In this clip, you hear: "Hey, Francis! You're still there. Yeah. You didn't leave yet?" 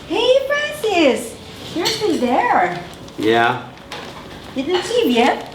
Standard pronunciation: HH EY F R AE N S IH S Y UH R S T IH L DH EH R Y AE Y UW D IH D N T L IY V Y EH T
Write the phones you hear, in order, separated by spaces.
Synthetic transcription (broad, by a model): HH EY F R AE N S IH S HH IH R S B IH N DH EH R Y AE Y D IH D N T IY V Y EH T